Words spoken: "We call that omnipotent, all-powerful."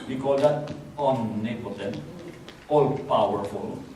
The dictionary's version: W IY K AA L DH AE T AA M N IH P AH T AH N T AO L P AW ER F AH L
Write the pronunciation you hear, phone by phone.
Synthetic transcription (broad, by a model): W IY K AA L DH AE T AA N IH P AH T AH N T AO L P AW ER F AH L